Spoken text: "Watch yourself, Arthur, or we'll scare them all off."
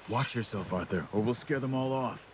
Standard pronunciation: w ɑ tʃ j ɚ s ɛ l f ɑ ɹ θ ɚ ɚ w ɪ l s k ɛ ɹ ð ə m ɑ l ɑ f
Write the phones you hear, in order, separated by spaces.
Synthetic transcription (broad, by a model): w ɑ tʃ j ɚ s ɛ l f ɑ ɹ θ ɚ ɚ w ɪ l s k ɛ ɹ ð ə m ɑ l ɑ f